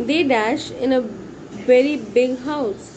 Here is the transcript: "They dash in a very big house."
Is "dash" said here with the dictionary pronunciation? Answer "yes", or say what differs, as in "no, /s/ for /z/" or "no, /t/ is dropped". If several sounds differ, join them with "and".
yes